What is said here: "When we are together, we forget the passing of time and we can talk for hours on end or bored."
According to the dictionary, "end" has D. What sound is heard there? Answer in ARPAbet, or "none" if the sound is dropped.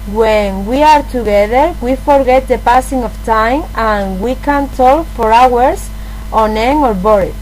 none